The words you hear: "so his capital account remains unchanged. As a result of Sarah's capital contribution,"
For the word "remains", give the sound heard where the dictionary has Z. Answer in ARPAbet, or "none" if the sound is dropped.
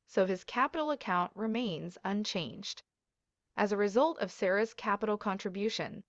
Z